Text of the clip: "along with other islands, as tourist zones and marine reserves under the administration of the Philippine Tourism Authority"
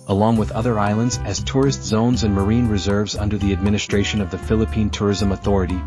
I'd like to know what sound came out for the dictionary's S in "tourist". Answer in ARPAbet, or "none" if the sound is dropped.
S